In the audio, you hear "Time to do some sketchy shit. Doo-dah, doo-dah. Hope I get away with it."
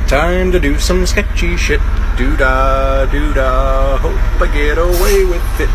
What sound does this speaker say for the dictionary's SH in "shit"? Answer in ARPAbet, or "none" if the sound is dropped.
SH